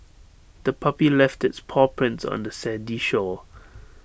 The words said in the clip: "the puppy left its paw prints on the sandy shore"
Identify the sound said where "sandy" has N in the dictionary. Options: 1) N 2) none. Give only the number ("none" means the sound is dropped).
2